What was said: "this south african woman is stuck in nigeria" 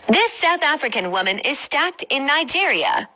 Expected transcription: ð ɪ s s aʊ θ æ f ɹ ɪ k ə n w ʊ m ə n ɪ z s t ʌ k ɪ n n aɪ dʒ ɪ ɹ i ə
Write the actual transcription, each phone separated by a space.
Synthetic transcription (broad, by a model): ð ɪ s s aʊ θ æ f ɹ ɪ k ə n w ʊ m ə n ɪ z s t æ k ɪ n n aɪ dʒ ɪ ɹ i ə